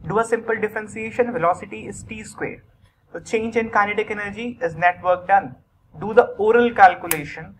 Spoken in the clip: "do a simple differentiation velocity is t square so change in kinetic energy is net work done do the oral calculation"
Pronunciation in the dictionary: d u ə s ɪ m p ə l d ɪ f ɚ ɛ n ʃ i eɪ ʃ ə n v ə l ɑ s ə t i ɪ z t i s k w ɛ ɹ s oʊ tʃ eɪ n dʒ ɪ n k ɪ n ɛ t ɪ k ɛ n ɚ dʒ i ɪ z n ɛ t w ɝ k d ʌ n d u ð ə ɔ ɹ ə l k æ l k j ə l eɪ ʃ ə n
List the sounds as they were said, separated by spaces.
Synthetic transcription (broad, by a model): d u ə s ɪ m p ə l d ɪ f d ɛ n s i eɪ ʃ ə n v ə l ɑ s ə t i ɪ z t i s k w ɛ ɹ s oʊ tʃ eɪ n dʒ ɪ n k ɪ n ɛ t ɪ k ɛ n ɚ dʒ i ɪ z n ɛ t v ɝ k d ʌ n d u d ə ɔ ɹ ə l k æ l k j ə l eɪ ʃ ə n